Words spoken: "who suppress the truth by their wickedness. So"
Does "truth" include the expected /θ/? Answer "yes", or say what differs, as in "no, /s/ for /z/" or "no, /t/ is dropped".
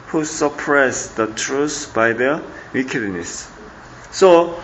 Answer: no, /s/ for /θ/